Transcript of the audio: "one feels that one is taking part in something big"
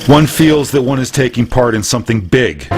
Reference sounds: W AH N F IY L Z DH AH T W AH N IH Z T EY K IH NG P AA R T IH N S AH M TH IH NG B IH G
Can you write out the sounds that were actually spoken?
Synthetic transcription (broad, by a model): W AH N F IY L Z DH AH T W AH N IH Z T EY K IH NG P AA R T IH N S AH M TH IH NG B IH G